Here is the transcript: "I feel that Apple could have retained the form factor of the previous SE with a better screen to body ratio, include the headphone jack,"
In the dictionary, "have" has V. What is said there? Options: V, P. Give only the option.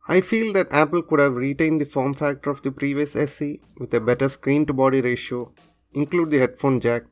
V